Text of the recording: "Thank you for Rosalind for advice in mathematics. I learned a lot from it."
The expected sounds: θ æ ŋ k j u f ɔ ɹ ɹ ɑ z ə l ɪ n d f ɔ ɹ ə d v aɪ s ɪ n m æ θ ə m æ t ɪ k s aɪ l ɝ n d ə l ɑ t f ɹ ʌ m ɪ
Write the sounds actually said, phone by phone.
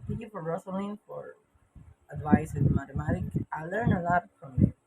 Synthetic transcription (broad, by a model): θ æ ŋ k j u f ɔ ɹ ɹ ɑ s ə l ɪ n f ɔ ɹ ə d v aɪ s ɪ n m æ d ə m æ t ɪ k aɪ l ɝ n ə l ɑ t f ɹ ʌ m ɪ